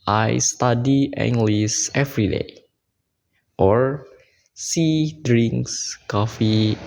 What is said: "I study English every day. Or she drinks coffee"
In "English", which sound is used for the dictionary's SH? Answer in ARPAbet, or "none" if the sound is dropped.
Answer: S